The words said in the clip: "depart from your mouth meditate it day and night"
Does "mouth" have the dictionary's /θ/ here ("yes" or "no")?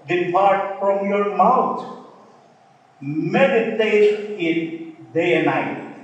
no